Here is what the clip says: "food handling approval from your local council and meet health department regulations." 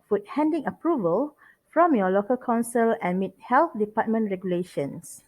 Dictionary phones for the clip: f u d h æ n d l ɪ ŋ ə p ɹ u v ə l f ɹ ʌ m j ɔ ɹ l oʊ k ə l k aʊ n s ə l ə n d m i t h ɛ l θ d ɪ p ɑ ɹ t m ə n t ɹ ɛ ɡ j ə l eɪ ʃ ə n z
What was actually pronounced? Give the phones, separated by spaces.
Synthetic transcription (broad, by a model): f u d h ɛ n d ɪ ŋ ə p ɹ u v ə l f ɹ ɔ m j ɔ l oʊ k ə l k aʊ n s ə l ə n m i t h ɛ l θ d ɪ p ɑ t m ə n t ɹ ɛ ɡ j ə l eɪ ʃ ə n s